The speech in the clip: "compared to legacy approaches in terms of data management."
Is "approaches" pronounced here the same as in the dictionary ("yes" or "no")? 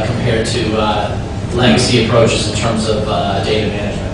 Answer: yes